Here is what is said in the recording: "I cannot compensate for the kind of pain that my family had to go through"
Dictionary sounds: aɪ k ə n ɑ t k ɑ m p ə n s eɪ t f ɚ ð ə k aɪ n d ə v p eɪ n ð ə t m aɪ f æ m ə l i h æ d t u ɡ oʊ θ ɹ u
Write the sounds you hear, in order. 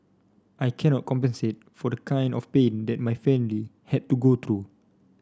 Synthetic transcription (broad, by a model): aɪ k ə n ɑ t k ɑ m p ə n s eɪ t f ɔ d ə k aɪ n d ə f p eɪ n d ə t m aɪ f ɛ m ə l i h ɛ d t u ɡ oʊ t ɹ u